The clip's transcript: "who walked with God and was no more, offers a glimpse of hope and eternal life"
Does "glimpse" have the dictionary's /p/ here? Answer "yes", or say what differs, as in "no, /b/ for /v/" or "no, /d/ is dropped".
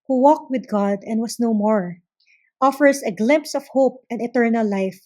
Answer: yes